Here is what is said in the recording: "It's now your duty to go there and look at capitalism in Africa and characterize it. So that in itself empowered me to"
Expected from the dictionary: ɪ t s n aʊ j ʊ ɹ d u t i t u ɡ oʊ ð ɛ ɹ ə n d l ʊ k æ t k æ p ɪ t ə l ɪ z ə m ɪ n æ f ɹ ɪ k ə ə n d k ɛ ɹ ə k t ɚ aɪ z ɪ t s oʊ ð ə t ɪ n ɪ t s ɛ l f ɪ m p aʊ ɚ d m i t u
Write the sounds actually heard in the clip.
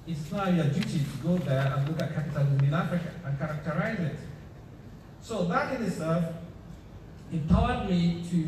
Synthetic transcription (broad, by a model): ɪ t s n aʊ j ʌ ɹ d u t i t u ɡ oʊ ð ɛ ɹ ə n l ʊ k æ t k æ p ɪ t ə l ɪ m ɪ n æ f ɹ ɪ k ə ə n k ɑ ɹ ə k t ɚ aɪ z ɪ t s oʊ ð ə t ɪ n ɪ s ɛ f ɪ p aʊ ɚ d m i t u